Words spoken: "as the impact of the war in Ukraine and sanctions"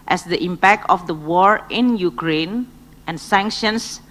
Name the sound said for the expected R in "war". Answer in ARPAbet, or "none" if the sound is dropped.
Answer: R